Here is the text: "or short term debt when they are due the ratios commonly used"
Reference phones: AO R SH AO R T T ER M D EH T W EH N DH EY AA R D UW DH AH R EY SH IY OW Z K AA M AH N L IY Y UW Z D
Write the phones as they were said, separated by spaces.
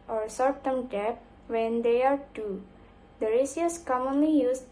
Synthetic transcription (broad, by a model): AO R S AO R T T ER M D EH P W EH N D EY AA R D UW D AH R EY S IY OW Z K AA M AH N L IY Y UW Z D